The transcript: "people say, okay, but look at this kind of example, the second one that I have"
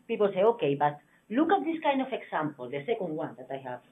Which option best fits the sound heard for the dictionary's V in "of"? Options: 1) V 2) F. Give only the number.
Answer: 2